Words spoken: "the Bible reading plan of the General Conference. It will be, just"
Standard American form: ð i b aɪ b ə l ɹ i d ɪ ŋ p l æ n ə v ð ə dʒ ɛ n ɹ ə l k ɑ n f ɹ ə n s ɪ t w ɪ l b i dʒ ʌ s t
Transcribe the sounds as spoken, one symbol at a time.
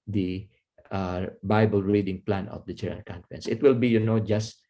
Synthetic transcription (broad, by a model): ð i b aɪ b ə l ɹ i d ɪ ŋ p l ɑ n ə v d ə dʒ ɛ ɹ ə k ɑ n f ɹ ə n s ɪ t w ɪ l b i dʒ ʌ s t